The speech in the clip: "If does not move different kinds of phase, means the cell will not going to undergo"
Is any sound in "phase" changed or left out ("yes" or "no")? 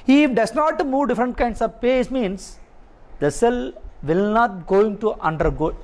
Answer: yes